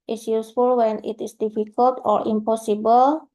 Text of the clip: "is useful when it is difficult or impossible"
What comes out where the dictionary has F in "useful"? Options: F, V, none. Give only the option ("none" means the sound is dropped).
F